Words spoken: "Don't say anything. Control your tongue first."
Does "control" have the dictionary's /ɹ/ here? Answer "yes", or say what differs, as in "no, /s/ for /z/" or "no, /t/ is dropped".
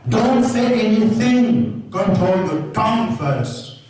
no, /ɹ/ is dropped